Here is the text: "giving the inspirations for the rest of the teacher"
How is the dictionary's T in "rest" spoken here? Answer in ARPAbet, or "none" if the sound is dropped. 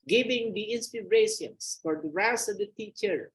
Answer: none